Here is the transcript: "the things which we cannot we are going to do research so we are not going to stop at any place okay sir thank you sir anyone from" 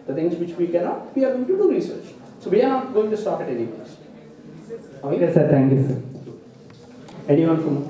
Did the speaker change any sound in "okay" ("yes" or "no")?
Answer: yes